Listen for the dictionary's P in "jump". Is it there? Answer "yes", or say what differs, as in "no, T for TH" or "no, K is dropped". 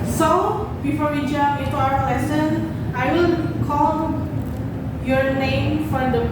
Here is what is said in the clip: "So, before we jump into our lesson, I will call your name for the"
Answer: no, P is dropped